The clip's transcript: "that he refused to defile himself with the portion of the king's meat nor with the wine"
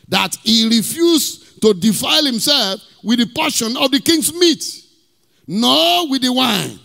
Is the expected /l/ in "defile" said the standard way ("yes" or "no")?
yes